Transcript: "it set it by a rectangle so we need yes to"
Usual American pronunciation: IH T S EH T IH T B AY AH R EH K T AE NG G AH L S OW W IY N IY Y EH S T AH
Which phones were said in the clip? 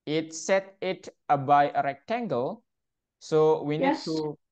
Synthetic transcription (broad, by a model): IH T S EH T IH T B AY AH R EH K T AE NG G AH L S OW W IY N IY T